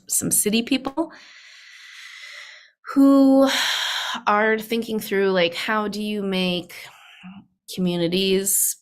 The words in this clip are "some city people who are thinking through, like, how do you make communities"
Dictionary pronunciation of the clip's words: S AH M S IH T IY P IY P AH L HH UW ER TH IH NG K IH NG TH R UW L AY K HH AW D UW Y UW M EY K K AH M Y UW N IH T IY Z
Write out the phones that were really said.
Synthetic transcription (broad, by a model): S AH M S IH T IY P IY P L HH UW ER TH IH NG K IH NG TH R UW L AY K HH AW D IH Y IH M EY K K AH M Y UW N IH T IY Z